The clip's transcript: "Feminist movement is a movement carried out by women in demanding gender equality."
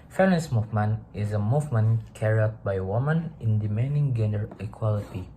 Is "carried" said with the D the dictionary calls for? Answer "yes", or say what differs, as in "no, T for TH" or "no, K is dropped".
no, D is dropped